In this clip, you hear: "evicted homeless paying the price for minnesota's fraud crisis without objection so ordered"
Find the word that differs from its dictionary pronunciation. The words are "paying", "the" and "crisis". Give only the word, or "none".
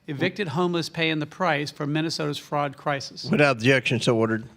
none